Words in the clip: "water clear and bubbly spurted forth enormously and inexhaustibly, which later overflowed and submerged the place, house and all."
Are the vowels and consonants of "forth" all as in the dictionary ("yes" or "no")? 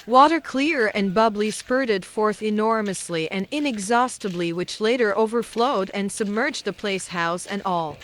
yes